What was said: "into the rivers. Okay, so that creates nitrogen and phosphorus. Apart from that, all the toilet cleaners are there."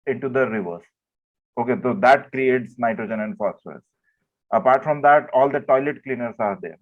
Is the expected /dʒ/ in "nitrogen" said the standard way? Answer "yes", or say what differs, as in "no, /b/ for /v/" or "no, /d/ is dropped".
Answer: yes